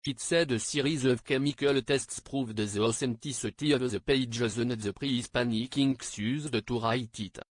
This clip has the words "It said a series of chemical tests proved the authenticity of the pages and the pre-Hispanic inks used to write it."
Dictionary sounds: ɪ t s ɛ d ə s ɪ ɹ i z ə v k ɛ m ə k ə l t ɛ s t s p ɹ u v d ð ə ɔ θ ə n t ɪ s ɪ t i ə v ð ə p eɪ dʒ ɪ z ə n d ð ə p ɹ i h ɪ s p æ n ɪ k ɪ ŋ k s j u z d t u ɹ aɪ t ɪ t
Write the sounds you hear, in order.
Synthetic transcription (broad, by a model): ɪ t s ɛ d ə s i ɹ i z ə v k ɛ m ə k ə l t ɛ s t s p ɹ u v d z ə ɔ s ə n t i s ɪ t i ə v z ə p eɪ dʒ ɪ z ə n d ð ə p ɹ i s p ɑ n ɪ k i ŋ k s j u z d t u ɹ aɪ t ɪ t